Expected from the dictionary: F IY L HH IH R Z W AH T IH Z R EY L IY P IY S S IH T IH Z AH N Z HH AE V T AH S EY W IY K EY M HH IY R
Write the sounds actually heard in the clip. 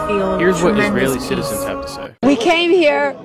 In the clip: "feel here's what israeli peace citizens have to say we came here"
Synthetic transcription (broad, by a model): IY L HH IH R Z W AH T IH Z R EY IY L IY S S IH T IH Z AH N Z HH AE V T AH S EY W IY K EY M HH IY R